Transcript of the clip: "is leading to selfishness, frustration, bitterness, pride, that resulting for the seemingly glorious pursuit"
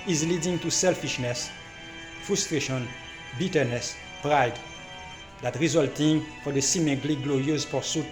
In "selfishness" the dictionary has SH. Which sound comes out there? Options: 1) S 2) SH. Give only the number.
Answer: 2